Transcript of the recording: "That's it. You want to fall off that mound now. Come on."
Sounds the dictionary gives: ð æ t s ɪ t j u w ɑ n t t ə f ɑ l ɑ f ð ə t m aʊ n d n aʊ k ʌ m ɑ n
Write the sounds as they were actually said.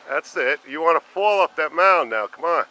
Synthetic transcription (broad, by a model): ð æ t s ɪ t j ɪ w ɑ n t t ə f ɑ l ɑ p ð ə t m aʊ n n aʊ k ʌ m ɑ n